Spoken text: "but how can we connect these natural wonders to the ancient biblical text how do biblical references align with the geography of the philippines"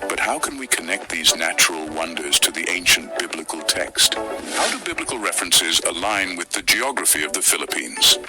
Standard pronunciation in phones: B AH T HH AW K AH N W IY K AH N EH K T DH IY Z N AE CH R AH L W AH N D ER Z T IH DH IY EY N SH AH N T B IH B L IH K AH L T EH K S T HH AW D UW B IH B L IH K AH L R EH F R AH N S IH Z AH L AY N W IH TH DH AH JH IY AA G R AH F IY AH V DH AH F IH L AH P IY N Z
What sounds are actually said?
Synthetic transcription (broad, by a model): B AH T HH AW K AH N W IY K AH N EH K T DH IY Z N AE CH R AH L W AH N D ER Z T IH DH IY EY N SH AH N B IH B L IH K AH L T EH K S T HH AW D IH B IH B L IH K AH L R EH F R AH N S IH Z AH L AY N W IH DH AH JH IY AA G R AH F IY AH V DH AH F IH L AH P IY N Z